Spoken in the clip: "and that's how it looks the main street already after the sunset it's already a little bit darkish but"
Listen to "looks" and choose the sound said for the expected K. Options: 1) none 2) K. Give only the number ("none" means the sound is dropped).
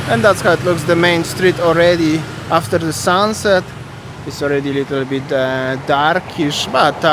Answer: 2